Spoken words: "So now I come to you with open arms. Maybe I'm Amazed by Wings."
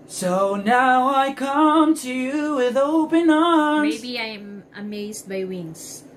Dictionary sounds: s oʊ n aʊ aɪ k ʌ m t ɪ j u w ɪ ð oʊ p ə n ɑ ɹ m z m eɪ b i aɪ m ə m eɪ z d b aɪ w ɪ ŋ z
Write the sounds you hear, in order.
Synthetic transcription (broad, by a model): s oʊ n aʊ aɪ k ʌ m t ɪ j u w ɪ ð oʊ p ə n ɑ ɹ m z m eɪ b i aɪ m ə m eɪ z d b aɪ w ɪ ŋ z